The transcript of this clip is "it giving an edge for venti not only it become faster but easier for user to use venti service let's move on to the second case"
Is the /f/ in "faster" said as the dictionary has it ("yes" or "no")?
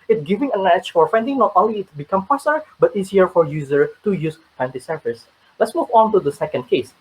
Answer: no